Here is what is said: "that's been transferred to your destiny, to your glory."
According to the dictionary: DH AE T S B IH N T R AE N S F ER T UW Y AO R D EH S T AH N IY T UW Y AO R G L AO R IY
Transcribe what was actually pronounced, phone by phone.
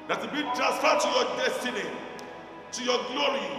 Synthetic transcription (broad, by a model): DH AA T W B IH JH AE S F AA T UW Y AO D EH S T AH N IY T UW Y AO G L AO R IY